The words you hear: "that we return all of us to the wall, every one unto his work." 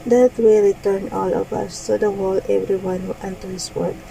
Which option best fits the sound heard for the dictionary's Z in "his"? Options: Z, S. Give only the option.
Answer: S